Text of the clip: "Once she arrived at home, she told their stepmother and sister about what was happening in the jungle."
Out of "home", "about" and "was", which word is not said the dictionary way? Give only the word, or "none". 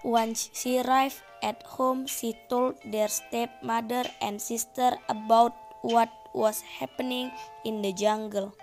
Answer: was